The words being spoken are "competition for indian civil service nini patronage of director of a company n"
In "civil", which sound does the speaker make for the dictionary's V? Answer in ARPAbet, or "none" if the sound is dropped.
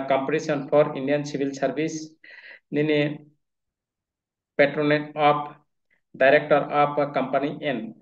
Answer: B